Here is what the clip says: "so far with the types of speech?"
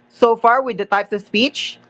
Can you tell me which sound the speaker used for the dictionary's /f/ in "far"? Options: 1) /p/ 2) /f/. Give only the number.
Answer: 2